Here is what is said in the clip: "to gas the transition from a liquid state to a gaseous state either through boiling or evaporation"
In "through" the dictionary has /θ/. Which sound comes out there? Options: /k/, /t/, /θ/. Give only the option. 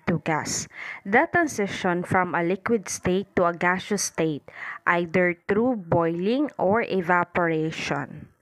/t/